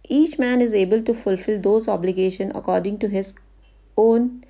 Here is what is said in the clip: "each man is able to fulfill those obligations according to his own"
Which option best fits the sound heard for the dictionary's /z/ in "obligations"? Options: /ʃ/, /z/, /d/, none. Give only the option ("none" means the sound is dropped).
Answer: none